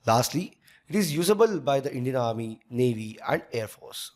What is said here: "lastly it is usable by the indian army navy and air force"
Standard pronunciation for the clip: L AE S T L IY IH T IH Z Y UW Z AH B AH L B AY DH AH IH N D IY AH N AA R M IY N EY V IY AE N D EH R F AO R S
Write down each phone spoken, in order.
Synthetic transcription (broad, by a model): L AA S T L IY IH T IH Z Y UW Z AH B AH L B AY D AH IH N D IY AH N AA R M IY N EY V IY AE N D EH R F AO R S